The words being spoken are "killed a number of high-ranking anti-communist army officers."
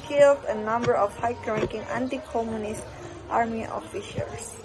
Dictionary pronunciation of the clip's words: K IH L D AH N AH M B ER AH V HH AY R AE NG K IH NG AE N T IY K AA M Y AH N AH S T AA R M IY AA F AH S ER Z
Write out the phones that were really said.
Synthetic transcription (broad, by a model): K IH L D AH N AH M B ER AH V HH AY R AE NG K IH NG AE N T IY K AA M Y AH N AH S T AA R M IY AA F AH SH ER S